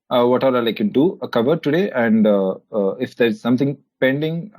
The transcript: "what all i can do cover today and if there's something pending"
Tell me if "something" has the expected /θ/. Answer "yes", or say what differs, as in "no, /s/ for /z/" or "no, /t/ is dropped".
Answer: no, /t/ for /θ/